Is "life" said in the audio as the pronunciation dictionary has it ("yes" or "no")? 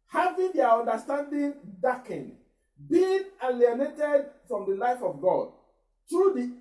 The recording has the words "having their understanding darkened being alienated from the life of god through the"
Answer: yes